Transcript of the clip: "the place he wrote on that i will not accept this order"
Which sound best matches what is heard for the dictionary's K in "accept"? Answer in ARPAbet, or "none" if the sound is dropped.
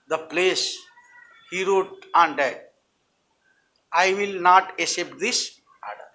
none